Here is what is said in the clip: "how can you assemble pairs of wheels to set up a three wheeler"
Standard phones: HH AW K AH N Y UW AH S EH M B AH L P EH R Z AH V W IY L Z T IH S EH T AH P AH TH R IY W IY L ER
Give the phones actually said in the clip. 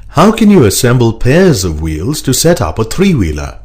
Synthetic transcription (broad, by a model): HH AW K AH N Y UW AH S EH M B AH L P EH R Z AH V W IY L Z T IH S EH T AH P AH TH R IY W IY L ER